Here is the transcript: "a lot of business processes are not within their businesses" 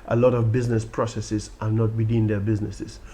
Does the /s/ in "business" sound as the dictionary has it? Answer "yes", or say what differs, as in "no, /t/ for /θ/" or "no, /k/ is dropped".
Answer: yes